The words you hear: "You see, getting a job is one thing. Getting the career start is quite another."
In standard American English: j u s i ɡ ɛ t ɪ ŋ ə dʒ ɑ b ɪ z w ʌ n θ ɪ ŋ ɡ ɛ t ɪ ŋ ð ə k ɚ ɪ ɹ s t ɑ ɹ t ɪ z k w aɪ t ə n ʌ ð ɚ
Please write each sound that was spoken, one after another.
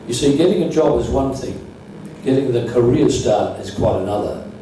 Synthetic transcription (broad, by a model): j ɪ s i ɡ ɛ t ɪ ŋ ə dʒ ɑ b ɪ z w ʌ n θ ɪ ŋ ɡ ɛ t ɪ ŋ ð ə k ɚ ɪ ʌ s t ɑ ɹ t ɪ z k w aɪ t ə n ʌ ð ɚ